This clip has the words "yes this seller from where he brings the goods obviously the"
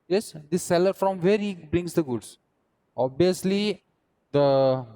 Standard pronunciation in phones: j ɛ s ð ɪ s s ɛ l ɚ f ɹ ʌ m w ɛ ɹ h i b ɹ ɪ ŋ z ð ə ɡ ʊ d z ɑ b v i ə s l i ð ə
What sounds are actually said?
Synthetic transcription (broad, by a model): j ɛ s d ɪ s s ɛ l ɚ f ɹ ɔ m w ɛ ɹ h i b ɹ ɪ ŋ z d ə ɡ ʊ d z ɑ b i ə s l i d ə